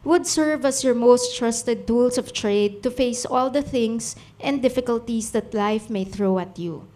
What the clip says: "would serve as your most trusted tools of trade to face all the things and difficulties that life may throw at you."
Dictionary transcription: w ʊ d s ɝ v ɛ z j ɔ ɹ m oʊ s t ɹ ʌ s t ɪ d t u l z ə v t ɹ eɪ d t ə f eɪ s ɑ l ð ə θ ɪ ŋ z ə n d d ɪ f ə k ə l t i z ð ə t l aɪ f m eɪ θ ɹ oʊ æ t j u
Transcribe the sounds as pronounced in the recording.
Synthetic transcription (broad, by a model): w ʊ d s ɝ v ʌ s j ɔ ɹ m oʊ s t ɹ ʌ s t ɪ d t u l s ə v t ɹ eɪ d t ə f eɪ s ɑ l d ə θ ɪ ŋ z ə n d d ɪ f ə k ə l t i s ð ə t l aɪ f m eɪ θ ɹ oʊ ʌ t j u